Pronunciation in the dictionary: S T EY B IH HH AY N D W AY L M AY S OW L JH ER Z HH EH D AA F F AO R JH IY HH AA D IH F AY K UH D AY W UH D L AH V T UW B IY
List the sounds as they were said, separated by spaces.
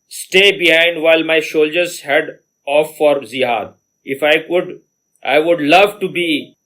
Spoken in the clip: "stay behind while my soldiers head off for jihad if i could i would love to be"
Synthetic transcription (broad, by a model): S T EY B IH HH AY N D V AY L M AY SH OW L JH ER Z HH EH D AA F F AO R Z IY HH AA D IH F AY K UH D AY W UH D L AH V T UW B IY